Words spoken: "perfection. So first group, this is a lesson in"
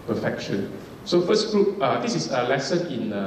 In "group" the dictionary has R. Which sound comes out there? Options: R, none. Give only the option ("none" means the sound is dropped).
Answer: none